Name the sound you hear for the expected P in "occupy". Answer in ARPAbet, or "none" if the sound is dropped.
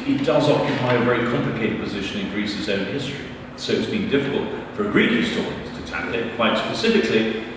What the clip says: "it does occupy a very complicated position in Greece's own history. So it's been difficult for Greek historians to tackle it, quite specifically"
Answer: P